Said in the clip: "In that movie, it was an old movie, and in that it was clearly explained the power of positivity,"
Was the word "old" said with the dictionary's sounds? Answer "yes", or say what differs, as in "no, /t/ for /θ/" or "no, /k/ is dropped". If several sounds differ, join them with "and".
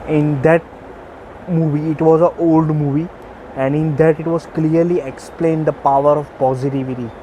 yes